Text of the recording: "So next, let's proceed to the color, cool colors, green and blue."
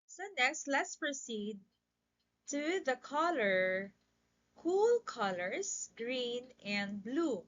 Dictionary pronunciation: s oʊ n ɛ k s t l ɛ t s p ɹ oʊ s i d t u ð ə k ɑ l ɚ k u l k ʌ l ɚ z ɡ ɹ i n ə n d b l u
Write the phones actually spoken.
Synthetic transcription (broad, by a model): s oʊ n ɛ k s t l ɛ t s p ɹ oʊ s i d t u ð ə k ɑ l ɚ k u l k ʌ l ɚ s ɡ ɹ i n ə n d b l u